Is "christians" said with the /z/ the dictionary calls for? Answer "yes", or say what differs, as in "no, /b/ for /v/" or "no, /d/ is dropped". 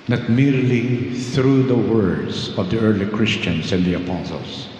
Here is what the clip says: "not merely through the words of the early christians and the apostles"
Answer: no, /s/ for /z/